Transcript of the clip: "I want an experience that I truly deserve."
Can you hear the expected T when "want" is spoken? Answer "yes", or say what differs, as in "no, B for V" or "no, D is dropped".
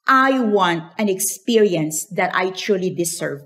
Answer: yes